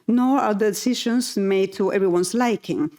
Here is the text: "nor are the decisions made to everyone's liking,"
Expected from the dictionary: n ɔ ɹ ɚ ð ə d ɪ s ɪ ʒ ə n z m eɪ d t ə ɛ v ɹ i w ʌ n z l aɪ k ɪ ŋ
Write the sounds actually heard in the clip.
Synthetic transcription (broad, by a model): n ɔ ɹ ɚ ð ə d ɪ s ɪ ʃ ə n s m eɪ d t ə ɛ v ɹ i w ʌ n s l aɪ k ɪ ŋ